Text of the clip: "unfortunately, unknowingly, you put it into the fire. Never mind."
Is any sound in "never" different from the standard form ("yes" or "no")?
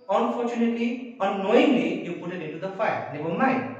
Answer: yes